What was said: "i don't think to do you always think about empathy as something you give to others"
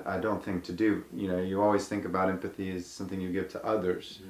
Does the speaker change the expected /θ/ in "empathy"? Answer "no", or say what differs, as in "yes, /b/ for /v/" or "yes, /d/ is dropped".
no